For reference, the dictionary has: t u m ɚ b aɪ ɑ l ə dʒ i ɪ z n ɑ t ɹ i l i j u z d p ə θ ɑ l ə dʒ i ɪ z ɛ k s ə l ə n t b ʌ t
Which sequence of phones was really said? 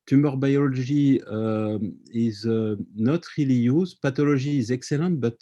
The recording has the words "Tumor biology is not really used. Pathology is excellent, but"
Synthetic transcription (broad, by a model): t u m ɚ b aɪ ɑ l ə ʒ i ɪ z n ɑ t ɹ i l i j u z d p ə t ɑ l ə ʒ i z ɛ k s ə l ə t b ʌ t